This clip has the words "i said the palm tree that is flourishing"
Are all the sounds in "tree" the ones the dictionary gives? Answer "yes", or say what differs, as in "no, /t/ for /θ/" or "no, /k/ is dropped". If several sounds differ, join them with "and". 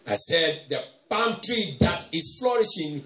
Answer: yes